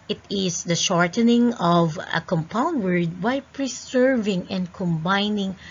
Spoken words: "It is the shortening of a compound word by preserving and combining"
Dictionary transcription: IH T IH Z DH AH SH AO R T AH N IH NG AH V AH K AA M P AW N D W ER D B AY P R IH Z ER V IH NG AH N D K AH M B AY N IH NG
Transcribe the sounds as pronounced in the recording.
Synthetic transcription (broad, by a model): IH T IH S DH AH SH AO R T AH N IH NG AH V AH K AA M P AW N D W ER D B AY P R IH S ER V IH NG AH N D K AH M B AY N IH NG